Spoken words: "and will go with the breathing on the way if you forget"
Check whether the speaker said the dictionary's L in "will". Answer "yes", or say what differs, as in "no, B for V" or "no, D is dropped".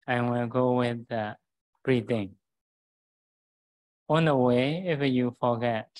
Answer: no, N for L